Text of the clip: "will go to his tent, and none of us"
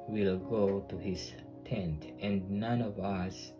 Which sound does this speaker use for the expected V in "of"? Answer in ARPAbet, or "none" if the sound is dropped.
V